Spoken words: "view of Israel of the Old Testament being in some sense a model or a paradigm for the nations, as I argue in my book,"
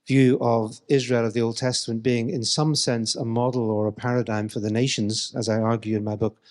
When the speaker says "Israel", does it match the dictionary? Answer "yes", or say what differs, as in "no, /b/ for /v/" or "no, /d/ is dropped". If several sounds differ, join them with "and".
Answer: yes